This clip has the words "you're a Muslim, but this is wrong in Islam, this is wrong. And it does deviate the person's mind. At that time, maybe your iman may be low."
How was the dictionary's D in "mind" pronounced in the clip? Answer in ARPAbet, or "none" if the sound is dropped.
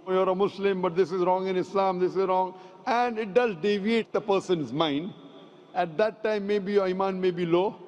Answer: D